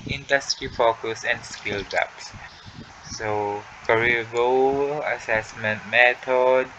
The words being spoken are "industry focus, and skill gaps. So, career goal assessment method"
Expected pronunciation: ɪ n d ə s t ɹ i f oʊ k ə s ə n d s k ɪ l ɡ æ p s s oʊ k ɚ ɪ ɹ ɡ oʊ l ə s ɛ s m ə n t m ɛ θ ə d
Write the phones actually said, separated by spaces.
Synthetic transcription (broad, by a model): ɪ n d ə s t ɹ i f oʊ k ə s ə n d s k ɪ l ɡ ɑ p s s oʊ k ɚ ɹ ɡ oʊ w ə s ɛ s m ə n t m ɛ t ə d